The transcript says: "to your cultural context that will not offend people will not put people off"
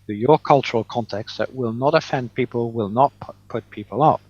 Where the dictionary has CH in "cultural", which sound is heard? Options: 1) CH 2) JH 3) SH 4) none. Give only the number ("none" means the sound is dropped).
1